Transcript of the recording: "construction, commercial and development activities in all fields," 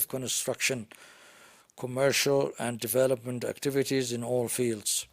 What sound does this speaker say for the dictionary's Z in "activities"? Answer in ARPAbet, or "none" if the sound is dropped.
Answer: Z